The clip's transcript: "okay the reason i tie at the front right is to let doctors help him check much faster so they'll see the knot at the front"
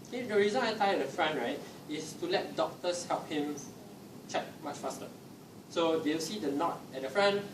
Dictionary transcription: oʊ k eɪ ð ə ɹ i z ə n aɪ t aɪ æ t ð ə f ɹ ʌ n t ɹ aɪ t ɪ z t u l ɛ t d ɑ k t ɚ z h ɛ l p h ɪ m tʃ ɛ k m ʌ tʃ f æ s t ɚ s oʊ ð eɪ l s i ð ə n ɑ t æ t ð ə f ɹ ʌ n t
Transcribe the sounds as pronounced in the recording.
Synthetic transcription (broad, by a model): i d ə ɹ i z ə n aɪ t aɪ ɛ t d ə f ɹ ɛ n ɹ aɪ t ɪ s t u l ɛ t d ɑ k t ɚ s h ɛ l p h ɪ m tʃ ɛ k m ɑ tʃ f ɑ s t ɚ s oʊ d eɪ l s i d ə n ɑ t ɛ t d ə f ɹ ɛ n